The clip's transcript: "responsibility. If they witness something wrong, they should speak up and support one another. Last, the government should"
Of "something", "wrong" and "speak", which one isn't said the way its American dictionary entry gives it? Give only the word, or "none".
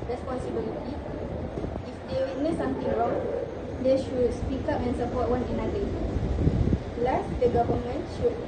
something